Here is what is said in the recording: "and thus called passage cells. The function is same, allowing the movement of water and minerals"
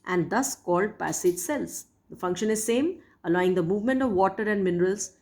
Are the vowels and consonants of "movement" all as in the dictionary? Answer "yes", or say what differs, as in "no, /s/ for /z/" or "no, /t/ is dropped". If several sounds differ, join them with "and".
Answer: yes